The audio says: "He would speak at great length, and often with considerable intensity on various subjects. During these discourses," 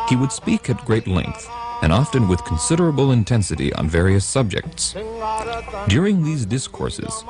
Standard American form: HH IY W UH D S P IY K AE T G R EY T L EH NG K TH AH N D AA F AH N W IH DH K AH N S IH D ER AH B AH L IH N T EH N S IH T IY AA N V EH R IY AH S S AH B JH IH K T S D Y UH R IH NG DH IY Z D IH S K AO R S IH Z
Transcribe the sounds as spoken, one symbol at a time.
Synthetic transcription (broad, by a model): HH IY W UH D S P IY K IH T G R EY T L EH NG K TH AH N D AA F AH N W IH DH K N S IH D ER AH B L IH N T EH N S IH T IY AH N V EH R IY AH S S AH B JH IH K T S D Y UH R IH NG DH IY Z D IH S K AO R S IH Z